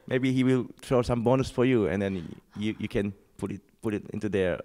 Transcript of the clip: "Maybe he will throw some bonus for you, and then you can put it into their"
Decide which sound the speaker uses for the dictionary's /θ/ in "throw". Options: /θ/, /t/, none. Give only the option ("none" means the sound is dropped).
/t/